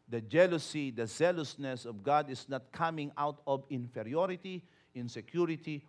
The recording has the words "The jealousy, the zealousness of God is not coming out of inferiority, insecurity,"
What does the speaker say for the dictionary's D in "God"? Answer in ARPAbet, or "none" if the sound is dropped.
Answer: D